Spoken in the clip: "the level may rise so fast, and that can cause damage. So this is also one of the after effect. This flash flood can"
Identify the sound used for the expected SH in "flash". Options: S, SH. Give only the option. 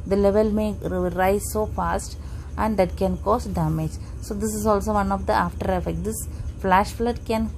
SH